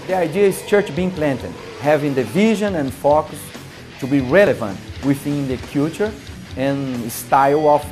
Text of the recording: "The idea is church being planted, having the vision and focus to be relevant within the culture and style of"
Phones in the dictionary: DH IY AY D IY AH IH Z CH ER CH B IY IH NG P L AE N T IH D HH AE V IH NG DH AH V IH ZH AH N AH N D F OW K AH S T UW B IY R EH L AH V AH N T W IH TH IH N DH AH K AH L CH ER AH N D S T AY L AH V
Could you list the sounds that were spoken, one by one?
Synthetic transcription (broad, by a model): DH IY AY D IY AH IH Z CH ER CH B IY IH NG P L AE N T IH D HH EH V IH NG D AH V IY ZH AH N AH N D F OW K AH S T UW B IY R EH L AH V AH N T W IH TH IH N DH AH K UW CH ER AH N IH S T AY L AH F